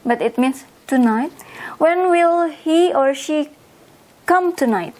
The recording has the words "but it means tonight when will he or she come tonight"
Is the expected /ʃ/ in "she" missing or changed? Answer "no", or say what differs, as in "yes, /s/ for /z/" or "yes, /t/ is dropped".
no